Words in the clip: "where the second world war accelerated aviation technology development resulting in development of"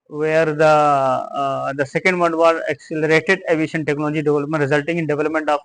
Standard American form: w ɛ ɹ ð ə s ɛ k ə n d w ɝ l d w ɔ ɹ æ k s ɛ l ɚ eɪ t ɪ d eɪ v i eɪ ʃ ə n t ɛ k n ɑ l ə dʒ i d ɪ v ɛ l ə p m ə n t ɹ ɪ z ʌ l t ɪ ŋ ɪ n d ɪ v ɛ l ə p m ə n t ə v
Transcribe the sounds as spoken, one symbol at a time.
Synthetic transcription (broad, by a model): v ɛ ɹ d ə s ɛ k ə n d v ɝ d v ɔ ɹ æ k s ɛ l ɚ eɪ t ɪ d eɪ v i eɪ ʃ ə n t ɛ k n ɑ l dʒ i d ɪ v ɛ l ə p m ə n t ɹ ɪ z ʌ l t ɪ ŋ ɪ n d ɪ v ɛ l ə p m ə n t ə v